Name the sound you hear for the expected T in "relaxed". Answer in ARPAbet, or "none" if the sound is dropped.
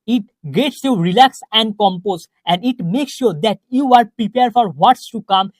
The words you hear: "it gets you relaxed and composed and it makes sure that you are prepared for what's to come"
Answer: none